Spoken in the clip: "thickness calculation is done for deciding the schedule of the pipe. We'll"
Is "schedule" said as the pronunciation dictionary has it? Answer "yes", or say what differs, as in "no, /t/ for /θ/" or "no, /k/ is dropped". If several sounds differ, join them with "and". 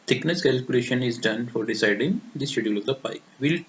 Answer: no, /k/ is dropped